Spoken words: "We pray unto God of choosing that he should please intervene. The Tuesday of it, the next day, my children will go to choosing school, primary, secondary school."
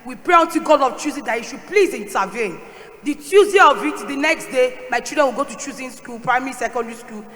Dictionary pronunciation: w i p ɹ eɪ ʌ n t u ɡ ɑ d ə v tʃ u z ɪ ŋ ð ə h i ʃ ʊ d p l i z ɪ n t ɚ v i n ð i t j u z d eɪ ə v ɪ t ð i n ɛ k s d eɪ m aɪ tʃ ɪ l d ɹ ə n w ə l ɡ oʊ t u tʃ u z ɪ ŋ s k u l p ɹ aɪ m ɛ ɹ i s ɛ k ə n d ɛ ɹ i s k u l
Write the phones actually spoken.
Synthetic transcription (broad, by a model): w i p ɹ eɪ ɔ n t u ɡ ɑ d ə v tʃ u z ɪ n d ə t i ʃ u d p l i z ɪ n t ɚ v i n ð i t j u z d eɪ ə v ɪ t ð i n ɛ k s d eɪ m aɪ tʃ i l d ɹ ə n w ə l ɡ oʊ t u tʃ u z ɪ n s k u l p ɹ aɪ m ɛ ɹ i s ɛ k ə n d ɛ ɹ i s k u l